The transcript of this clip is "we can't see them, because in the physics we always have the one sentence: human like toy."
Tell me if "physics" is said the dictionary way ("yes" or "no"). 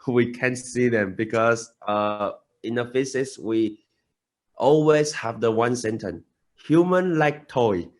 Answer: no